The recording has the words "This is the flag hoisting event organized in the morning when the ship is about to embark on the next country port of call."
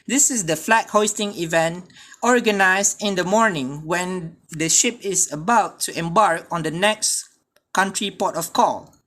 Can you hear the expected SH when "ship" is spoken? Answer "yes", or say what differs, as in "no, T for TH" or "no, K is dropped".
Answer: yes